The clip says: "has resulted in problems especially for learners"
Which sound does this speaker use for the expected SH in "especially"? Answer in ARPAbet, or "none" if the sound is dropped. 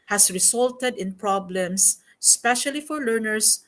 SH